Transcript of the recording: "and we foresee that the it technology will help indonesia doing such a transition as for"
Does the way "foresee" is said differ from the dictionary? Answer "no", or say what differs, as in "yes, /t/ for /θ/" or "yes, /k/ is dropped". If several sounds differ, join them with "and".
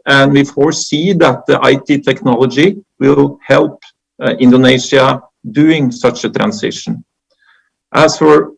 no